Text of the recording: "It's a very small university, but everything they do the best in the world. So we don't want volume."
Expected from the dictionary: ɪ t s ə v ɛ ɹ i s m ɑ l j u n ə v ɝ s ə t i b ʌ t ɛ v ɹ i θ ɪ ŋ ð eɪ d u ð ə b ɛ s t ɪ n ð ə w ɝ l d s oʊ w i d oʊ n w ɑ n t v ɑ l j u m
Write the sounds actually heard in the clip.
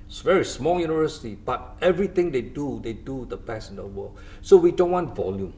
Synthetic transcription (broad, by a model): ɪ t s v ɛ ɹ i s m ɑ l j u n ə v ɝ s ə t i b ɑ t ɛ v ɹ i t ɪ ŋ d eɪ d u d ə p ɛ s ɪ n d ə w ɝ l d s oʊ w i d oʊ n w ɑ n t v ɑ l j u m